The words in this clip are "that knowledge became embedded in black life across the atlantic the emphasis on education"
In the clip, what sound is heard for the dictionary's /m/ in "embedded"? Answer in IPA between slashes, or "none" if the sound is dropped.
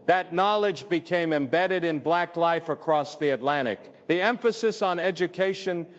/m/